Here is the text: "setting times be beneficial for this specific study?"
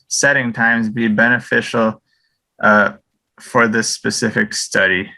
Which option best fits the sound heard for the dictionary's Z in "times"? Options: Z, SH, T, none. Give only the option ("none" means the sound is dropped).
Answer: Z